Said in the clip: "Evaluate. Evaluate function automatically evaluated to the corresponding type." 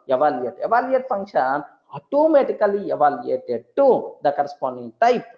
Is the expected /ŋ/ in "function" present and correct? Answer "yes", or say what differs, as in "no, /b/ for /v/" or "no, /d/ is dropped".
yes